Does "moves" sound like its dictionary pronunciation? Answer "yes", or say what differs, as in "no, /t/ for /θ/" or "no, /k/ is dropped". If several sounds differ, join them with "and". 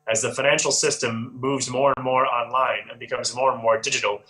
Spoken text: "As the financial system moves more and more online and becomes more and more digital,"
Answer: yes